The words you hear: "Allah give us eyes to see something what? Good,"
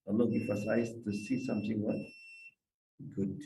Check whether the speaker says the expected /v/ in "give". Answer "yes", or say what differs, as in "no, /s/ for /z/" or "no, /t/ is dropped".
no, /f/ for /v/